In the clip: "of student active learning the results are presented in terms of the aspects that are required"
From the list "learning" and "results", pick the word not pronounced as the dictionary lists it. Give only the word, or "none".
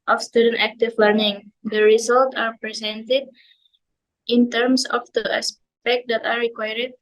results